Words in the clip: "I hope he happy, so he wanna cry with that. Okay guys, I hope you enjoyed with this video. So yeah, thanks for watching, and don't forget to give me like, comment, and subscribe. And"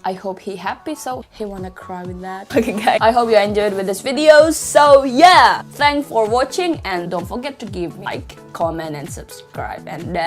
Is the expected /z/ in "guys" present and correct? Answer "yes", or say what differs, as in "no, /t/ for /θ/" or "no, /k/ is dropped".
no, /z/ is dropped